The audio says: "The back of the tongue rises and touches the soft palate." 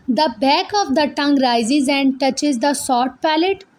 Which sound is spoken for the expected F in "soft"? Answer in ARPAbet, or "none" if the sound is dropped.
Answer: none